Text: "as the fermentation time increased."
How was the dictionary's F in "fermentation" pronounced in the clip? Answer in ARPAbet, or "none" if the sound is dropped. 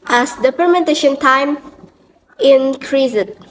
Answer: P